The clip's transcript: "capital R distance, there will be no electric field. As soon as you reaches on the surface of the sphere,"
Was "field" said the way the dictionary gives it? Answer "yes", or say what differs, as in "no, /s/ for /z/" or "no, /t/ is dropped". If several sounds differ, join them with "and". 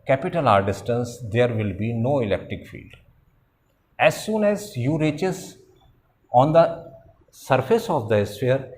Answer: yes